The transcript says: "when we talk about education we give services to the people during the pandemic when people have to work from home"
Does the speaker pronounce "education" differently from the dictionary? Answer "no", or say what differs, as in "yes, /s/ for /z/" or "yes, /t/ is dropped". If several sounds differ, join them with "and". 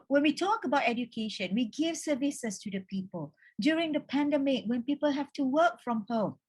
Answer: no